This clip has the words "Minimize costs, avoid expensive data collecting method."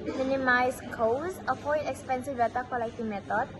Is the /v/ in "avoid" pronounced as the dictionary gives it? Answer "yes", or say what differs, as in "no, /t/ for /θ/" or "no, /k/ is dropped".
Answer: no, /f/ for /v/